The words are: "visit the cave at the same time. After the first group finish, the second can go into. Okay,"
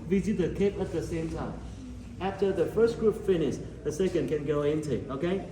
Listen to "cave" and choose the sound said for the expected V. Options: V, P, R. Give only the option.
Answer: P